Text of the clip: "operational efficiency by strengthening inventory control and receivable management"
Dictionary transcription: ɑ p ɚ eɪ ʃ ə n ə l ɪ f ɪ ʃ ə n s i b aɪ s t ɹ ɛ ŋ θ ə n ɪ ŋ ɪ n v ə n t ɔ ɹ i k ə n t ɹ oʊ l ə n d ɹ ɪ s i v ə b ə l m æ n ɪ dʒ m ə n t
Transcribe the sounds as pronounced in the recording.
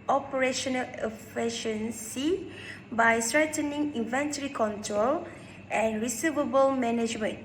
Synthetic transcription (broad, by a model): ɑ p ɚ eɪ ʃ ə n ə l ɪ f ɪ ʃ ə n s i b aɪ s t ɹ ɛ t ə n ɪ ŋ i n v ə n t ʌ ɹ i k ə n t ɹ oʊ l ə n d ɹ ɪ s i v ə b ə l m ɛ n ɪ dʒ m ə n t